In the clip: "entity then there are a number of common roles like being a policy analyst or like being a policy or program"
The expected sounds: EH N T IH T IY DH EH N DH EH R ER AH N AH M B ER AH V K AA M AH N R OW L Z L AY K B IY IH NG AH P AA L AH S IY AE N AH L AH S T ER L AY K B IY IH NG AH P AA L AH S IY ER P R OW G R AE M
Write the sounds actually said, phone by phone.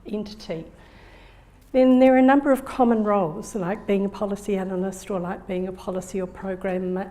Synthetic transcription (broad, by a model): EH N T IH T IY DH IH N DH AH R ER AH N AH M B ER AH V K AA M AH N R OW L Z L AY K B IY IH NG AH P AA L AH S IY AE N AH L AH S T ER L AY K B IY IH NG AH P AA L AH S IY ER P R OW G R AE M